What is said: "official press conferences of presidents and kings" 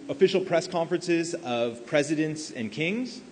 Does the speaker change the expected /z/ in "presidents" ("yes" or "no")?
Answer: no